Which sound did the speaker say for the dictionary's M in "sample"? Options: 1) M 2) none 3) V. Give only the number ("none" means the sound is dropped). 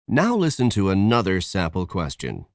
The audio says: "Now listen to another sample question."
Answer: 2